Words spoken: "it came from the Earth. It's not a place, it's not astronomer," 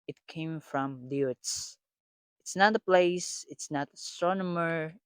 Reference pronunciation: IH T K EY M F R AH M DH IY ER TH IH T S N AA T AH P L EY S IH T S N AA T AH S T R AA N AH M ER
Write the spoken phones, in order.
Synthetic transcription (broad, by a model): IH T K EY M F R AH M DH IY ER S IH T S N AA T AH P L EY S IH T S N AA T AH S T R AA N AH M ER